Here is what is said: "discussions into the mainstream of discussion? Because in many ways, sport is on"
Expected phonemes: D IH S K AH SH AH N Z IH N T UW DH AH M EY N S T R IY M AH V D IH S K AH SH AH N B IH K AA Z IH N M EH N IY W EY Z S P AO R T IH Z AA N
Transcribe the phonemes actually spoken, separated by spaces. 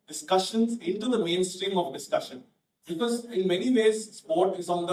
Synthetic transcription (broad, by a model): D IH S K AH SH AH N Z IH N T UW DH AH M EY N S T R IY M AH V D IH S K AH SH AH N B IH K AA Z IH N M EH N IY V EY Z S P AO R T IH Z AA N